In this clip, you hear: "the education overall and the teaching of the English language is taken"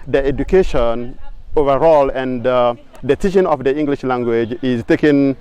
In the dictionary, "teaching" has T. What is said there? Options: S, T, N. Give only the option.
S